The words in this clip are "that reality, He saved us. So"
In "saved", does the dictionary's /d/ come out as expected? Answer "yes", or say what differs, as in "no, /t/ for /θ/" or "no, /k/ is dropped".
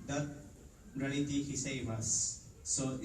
no, /d/ is dropped